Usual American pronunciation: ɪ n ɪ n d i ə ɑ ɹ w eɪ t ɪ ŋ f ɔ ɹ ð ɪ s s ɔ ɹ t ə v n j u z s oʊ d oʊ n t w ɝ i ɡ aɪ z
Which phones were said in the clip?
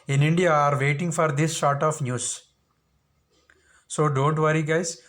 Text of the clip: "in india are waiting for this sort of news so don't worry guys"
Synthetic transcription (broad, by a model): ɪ n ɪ n d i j ɑ ɹ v eɪ t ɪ ŋ f ɔ ɹ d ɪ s ʃ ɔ ɹ t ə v n j u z s oʊ d oʊ n t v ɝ i ɡ aɪ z